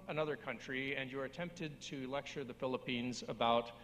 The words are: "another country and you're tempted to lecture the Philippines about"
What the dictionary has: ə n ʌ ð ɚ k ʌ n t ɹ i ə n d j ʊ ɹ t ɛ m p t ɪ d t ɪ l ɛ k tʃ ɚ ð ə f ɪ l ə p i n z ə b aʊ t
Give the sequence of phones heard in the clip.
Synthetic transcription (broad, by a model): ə n ʌ ð ɚ k ʌ n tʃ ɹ i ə n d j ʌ ɹ t ɛ m p t ɪ d t ɪ l ɛ k tʃ ɚ ð ə f ɪ l ə p i n z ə b aʊ t